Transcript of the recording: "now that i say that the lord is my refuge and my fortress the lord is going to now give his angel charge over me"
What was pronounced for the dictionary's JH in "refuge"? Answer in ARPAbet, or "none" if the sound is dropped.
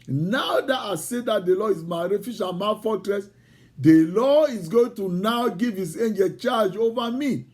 SH